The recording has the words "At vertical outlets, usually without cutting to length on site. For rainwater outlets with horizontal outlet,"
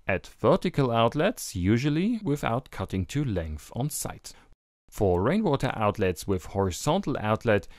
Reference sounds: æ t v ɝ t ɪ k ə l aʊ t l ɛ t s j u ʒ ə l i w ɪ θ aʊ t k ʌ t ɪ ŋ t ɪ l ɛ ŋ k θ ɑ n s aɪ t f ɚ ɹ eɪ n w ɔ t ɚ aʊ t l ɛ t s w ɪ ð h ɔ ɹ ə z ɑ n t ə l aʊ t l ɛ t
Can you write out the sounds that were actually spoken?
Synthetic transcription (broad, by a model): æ t v ɝ t ɪ k ə l aʊ t l ɛ t s j u ʒ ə l i w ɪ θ aʊ t k ʌ t ɪ ŋ t ɪ l ɛ ŋ k θ n s aɪ t f ɚ ɹ eɪ n w ɔ t ɚ aʊ t l ɛ t s w ɪ ð h ɔ ɹ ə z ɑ n t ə l aʊ t l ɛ t